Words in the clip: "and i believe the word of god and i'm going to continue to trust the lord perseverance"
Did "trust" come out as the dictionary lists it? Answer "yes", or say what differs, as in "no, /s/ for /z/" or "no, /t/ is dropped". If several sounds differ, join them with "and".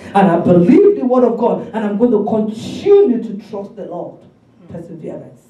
yes